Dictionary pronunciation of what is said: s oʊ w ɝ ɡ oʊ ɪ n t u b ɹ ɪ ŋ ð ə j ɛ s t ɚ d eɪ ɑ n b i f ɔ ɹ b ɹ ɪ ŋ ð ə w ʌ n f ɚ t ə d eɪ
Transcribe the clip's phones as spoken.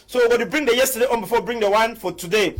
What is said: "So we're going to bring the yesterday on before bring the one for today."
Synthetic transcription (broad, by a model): s oʊ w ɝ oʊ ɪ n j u b ɹ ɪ ŋ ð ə j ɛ s t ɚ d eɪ ɑ n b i f ɔ w b ɹ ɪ ŋ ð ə w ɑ n f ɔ t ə d eɪ